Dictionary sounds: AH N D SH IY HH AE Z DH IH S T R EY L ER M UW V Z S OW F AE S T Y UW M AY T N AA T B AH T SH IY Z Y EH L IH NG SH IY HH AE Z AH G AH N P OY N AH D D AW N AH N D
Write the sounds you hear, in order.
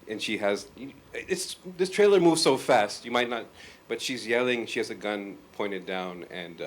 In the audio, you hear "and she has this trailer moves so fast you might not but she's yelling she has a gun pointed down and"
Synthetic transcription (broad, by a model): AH N SH IY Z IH S DH IH S T R EY L ER M UW V Z S OW F AE S T Y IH M AY T N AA T B AH T SH IY Z Y EH L IH NG SH IY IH Z AH G AH N P OY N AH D D AW N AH N